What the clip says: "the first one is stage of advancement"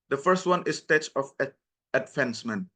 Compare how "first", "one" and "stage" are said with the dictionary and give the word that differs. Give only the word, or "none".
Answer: stage